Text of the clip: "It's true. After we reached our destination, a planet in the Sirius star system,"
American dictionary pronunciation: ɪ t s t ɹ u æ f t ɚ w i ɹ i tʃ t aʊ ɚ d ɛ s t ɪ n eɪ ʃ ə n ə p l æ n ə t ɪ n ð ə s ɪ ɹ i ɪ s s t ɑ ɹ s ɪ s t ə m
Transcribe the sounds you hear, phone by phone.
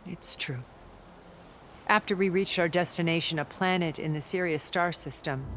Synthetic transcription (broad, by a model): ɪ t s t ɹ u æ f t ɚ w i ɹ i tʃ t aʊ ɚ d ɛ s t ɪ n eɪ ʃ ə n ə p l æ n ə t ɪ n ð ə s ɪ ɹ i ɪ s s t ɑ ɹ s ɪ s t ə m